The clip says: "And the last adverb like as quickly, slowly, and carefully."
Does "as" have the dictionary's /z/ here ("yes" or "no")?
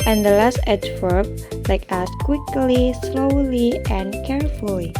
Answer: no